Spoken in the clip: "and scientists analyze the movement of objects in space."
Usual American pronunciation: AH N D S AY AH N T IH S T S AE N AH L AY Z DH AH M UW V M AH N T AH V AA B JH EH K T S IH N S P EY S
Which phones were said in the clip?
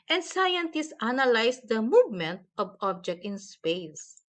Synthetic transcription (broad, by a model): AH N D S AY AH N T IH S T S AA N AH L AY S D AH M UW V M AH N T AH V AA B JH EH K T IH N S P EY S